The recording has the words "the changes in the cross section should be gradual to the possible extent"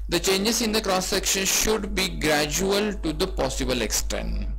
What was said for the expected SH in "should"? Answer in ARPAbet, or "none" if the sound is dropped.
SH